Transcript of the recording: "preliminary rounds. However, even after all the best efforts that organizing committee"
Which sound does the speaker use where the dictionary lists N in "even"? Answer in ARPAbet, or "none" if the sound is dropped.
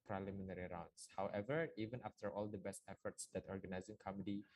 N